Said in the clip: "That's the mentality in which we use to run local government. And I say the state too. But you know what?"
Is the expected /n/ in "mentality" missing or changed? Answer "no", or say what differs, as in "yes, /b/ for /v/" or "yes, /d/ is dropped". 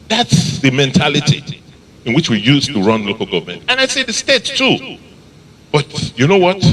no